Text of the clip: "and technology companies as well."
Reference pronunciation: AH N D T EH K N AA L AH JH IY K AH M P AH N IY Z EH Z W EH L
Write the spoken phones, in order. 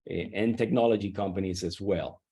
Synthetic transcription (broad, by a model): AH N T EH K N AA L AH JH IY K AH M P AH N IY Z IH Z W EH L